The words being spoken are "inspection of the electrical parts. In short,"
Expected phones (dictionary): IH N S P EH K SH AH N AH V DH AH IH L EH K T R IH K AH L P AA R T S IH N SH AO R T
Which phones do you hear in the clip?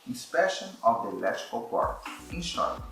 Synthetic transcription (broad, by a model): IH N S P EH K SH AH N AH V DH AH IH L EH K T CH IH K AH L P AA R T IH N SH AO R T